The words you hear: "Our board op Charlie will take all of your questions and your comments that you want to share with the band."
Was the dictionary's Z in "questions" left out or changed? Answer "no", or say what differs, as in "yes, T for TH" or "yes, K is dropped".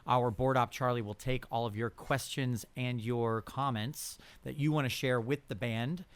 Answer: no